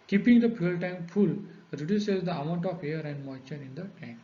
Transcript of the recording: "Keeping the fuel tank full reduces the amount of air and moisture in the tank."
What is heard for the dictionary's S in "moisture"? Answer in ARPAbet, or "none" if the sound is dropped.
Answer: none